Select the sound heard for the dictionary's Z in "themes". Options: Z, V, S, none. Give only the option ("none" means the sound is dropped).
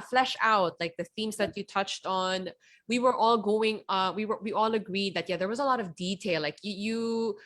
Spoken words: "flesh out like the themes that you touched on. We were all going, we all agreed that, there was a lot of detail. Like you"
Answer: Z